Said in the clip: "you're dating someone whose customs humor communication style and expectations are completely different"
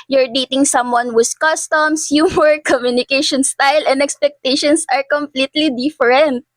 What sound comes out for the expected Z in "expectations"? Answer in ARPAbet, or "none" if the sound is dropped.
S